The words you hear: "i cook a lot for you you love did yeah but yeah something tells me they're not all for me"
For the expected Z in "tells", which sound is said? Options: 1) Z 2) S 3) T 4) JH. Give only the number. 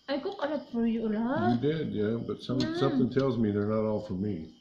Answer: 1